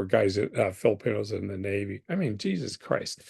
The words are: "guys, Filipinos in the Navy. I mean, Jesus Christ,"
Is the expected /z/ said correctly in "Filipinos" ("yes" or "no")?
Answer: yes